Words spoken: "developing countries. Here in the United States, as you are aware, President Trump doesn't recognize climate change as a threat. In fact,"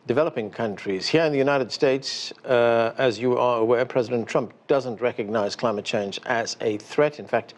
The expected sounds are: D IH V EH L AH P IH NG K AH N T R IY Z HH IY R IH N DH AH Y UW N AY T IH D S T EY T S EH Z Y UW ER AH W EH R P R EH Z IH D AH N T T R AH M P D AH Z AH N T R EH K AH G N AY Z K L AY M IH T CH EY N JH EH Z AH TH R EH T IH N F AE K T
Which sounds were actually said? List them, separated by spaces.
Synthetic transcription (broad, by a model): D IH V EH L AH P IH NG K AH N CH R IY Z HH IY R IH N DH AH Y UW N AY T IH D S T EY T S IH Z Y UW ER AH W EH R P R EH Z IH D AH N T T R AH M P D AH Z AH N T R EH K AH G N AY Z K L AY M IH T CH EY N JH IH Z AH TH R EH T IH N F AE K T